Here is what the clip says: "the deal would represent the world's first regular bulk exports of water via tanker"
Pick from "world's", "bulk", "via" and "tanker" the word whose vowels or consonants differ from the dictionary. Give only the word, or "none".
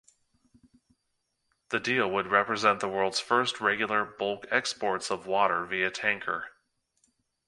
none